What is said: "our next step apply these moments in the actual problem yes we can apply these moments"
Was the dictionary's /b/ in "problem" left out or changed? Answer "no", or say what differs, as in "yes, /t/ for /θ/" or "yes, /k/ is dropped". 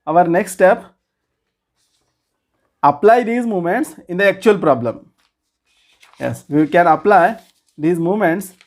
no